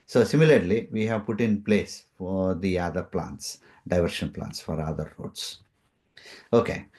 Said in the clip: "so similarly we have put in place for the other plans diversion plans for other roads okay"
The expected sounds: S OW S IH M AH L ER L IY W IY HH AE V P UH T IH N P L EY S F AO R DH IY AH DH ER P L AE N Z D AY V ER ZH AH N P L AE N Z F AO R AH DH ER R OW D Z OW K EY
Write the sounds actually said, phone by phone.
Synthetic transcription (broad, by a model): S OW S IH M AH L ER L IY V IY HH AE V P UH T IH N P L EY S F AO R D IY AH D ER P L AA N S D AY V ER SH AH N P L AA N S F AO R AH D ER R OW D S OW K EY